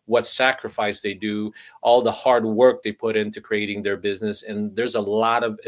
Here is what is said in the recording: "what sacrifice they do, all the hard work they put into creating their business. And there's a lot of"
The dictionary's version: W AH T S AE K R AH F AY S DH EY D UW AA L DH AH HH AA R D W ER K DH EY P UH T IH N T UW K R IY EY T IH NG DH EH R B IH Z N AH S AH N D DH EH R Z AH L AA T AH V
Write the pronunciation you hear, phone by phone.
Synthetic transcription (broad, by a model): W AH T S AE K R AH F AY S DH EY D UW AA L DH AH HH AA R D W ER K DH EY P UH T IH N T UW K R IY EY T IH NG DH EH R B IH Z N AH S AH N DH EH R Z AH L AA T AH V